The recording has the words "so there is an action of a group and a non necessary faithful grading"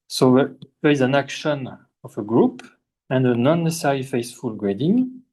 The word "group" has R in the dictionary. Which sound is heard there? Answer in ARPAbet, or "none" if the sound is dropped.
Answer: R